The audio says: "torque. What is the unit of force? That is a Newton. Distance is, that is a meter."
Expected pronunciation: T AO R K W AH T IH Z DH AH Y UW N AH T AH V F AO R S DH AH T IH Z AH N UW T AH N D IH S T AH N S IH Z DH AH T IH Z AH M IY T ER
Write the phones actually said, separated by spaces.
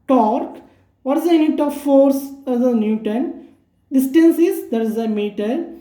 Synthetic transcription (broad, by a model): T AO R K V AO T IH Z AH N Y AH T AH V F AO R S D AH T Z AH N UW T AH N D IH S T AH N S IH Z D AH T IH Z AH M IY T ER